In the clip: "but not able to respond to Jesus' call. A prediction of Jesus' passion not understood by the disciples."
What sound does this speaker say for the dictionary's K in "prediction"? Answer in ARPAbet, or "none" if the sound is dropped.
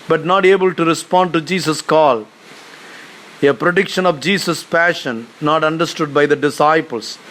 K